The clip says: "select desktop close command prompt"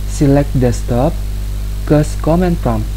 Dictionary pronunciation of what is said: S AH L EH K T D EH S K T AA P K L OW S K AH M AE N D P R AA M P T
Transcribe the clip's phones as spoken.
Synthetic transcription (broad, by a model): S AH L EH K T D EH S T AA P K OW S K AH M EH N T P R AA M